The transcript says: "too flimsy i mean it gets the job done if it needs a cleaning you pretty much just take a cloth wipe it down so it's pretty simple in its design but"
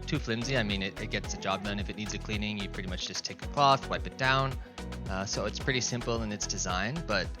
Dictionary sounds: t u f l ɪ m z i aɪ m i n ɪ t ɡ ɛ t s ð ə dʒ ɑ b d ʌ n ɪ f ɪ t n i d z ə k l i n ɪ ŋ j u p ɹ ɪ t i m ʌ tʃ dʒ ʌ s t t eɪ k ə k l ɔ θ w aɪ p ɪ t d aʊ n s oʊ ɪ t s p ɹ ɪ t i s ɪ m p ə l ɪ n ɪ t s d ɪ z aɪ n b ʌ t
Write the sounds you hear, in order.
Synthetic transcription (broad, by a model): t u f l ɪ m z i aɪ m i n ɪ t ɡ ɛ t s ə dʒ ɑ b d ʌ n ɪ f ɪ t n i d z ə k l i n ɪ ŋ j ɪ p ɹ ɪ t i m ʌ tʃ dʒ ʌ s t t eɪ k ə k l ɔ θ w aɪ p ɪ t d aʊ n s oʊ ɪ t s p ɹ ɪ t i s ɪ m p l ɪ n ɪ t s d ɪ z aɪ n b ʌ t